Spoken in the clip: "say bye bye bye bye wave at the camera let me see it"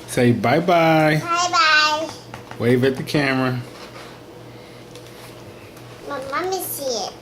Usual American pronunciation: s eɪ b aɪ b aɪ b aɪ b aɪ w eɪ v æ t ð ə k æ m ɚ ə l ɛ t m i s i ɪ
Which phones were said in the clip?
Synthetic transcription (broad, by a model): s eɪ b aɪ b aɪ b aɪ b aɪ w eɪ v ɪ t ð ə k æ m ɚ ə n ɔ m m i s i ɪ